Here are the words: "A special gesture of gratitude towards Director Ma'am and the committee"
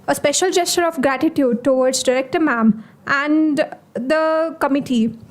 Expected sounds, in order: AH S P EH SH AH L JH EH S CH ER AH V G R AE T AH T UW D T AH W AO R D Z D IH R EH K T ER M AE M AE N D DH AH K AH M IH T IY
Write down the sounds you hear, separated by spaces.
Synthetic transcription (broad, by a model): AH S P EH SH AH L JH EH S CH ER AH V G R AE T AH T UW D T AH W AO R D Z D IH R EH K T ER M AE M AE N D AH K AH M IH T IY